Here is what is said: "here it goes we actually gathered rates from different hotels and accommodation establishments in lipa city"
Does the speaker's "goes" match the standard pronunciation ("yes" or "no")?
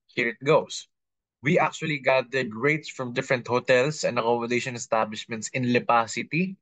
no